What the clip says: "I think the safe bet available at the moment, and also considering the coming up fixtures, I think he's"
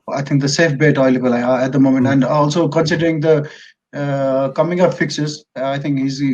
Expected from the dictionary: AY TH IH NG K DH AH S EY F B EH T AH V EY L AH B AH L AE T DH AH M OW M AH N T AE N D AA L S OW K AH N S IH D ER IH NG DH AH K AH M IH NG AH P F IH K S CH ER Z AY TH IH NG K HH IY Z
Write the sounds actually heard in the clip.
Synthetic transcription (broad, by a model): AY T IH NG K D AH S EY F B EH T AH IH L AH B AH L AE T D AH M OW M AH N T AE N D AA L S OW K AH N S IH D ER IH NG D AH K AH M IH NG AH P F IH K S ER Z AY T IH NG K HH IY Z